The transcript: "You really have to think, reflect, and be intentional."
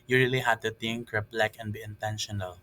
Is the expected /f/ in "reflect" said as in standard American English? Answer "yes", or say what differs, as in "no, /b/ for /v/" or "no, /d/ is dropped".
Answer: no, /p/ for /f/